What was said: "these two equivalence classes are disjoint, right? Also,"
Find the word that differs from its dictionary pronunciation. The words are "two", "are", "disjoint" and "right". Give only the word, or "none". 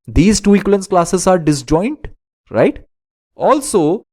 none